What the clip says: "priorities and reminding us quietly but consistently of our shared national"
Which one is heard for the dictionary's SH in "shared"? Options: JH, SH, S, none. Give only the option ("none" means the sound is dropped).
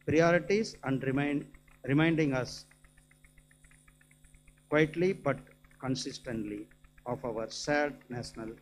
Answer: S